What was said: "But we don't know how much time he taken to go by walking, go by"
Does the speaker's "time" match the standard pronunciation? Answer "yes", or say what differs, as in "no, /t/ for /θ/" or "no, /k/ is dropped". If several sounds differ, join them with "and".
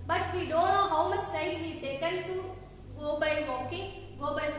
no, /s/ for /t/